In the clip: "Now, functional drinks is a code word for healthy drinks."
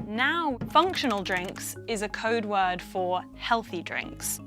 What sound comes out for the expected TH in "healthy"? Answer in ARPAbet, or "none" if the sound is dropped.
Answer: TH